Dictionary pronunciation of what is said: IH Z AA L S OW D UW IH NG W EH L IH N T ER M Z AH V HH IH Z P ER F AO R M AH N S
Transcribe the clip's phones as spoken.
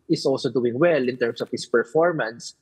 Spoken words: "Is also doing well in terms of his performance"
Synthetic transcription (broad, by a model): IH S AA L S OW D UW IH NG W EH L IH N T ER M S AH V HH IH S P ER F AO R M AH N S